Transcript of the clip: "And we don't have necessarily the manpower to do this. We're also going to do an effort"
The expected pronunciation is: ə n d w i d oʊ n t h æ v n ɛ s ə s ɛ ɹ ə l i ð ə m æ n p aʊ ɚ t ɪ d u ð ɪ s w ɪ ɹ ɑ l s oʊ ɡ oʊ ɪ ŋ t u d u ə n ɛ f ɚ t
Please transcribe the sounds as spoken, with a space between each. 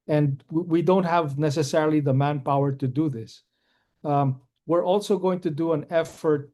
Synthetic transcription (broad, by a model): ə n d w i d oʊ n t h æ v n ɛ s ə s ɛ ɹ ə l i ð ə m æ n p aʊ ɚ t ɪ d u ð ɪ s w ɪ ɹ ɑ l s oʊ ɡ oʊ ɪ ŋ t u d u ə n ɛ f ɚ t